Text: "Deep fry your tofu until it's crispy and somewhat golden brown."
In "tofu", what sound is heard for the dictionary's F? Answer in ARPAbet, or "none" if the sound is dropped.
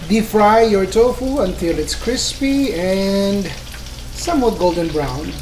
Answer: F